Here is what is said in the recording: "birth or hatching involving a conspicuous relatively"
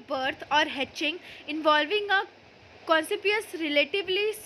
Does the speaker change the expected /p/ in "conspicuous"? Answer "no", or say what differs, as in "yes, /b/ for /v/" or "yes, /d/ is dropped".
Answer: yes, /p/ is dropped